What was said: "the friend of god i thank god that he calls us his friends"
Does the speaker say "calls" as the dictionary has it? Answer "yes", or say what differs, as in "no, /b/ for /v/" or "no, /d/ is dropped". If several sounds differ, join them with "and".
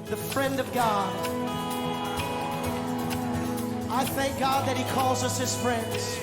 yes